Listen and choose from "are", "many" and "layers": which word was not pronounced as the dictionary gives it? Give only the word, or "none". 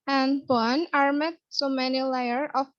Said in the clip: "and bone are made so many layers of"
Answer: layers